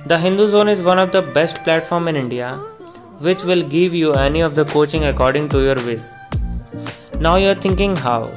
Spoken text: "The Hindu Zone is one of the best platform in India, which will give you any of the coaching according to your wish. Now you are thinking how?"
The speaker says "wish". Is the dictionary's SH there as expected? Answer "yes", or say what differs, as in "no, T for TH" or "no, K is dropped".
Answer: no, S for SH